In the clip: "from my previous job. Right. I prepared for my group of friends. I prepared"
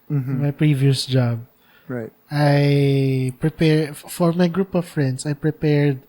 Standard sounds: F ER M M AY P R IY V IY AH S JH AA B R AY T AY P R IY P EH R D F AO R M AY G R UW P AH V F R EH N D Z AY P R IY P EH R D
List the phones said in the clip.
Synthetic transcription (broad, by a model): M M AY P R IY V IY AH S JH AA B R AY T AY P R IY P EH R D F AO R M AY G R UW P AH V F R EH N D S AY P R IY P EH R D